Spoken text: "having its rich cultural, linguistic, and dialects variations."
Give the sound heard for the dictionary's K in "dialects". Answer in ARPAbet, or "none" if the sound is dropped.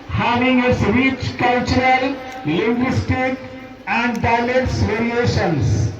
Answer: none